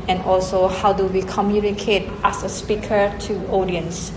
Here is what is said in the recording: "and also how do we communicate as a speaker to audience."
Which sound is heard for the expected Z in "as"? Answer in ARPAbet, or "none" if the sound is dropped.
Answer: S